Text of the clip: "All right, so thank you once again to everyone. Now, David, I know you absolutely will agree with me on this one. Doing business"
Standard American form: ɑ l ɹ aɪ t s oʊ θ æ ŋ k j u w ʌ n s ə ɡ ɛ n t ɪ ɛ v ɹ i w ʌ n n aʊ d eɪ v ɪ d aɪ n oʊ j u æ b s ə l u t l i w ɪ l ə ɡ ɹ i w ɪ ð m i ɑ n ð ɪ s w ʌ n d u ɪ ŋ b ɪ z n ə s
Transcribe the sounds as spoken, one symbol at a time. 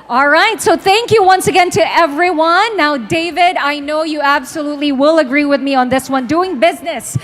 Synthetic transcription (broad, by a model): ɑ l ɹ aɪ t s oʊ θ æ ŋ k j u w ʌ n s ə ɡ ɛ n t ɪ ɛ v ɹ i w ʌ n n aʊ d eɪ v ɪ d aɪ n oʊ j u æ b s ə l u t l i w ɪ l ə ɡ ɹ i w ɪ ð m i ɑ n ð ɪ s w ʌ n d u ɪ ŋ b ɪ z n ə s